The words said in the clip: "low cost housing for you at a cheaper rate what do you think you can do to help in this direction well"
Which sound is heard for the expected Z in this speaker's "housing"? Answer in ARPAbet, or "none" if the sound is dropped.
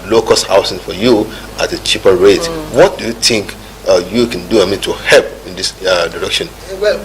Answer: S